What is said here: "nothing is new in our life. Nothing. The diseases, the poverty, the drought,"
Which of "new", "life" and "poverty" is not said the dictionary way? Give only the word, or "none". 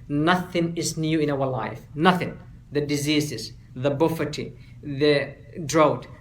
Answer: poverty